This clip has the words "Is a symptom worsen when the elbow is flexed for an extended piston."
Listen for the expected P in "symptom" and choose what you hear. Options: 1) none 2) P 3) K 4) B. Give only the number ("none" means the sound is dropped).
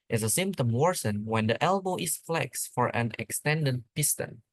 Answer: 2